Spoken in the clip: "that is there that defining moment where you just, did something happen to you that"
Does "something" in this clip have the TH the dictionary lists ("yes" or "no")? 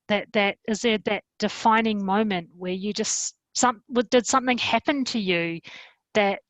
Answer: yes